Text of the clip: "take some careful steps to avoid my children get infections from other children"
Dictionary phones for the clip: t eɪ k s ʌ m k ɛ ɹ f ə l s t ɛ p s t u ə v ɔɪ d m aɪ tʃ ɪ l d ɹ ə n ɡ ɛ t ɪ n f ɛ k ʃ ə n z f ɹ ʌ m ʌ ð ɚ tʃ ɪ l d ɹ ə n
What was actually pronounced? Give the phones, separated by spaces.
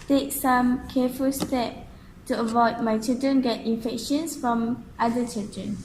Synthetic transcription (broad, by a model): t eɪ k s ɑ m k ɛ f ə l s t ɛ p t u ə v ɔɪ d m aɪ tʃ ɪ l d ɹ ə n ɡ ɛ t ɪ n f ɛ k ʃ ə n s f ɹ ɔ m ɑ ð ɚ tʃ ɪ l d ɹ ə n